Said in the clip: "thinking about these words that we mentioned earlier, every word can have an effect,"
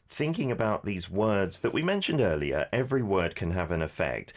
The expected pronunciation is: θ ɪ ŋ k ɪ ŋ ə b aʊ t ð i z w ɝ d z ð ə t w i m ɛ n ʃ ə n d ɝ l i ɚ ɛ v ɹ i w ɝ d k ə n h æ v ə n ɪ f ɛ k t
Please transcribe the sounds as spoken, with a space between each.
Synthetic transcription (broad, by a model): θ ɪ ŋ k ɪ ŋ ə b aʊ t ð i z w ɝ d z ð ə t w i m ɛ n ʃ ə n d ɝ l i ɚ ɛ v ɹ i w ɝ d k ə n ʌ v ə n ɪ f ɛ k t